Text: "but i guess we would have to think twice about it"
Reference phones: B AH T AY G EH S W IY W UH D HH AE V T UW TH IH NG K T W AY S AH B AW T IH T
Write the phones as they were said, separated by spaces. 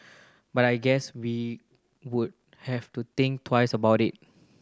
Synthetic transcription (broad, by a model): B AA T AY G EH S W IY W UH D HH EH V T UW T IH NG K T W AY S AH B AW T IH T